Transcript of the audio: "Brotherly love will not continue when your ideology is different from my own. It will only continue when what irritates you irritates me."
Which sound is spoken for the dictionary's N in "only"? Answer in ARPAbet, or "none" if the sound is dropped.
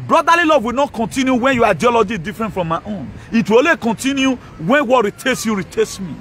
none